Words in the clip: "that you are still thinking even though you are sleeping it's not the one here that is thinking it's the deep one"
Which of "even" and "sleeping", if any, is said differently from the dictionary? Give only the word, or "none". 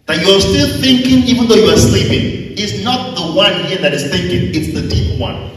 none